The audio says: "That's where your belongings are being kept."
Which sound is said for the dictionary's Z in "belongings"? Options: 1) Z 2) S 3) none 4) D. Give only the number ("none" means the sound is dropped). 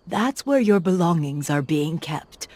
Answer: 1